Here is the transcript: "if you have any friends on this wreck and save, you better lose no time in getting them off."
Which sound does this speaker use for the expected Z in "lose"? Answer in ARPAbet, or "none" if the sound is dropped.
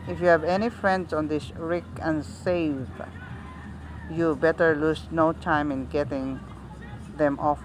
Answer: S